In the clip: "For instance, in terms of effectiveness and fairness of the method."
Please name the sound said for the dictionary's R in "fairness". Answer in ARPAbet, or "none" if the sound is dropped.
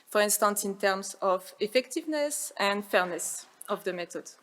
R